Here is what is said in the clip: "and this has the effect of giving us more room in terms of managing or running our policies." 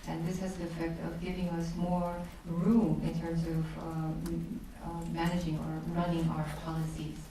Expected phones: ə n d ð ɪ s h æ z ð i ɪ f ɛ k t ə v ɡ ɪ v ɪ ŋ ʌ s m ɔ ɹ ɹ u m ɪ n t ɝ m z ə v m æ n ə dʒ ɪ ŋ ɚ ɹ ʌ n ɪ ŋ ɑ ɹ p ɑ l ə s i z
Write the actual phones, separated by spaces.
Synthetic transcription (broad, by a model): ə n ð ɪ s h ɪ z ð i ɪ f ɛ k t ə v ɡ ɪ v ɪ ŋ ʌ s m ɔ ɹ ɹ u m ɪ n t ɝ m z ə v m æ n ə dʒ ɪ ŋ ɚ ɹ ʌ n ɪ ŋ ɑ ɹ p ɑ l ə s i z